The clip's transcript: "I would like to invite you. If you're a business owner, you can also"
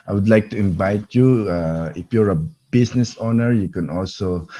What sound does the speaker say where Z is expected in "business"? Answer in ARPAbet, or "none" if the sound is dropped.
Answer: S